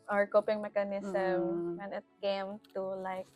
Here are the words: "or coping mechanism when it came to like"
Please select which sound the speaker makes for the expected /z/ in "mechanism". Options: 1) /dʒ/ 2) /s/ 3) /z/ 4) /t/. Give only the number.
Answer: 2